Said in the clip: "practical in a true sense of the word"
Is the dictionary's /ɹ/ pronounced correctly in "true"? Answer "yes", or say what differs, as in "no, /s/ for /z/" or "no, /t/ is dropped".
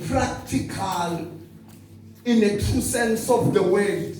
no, /ɹ/ is dropped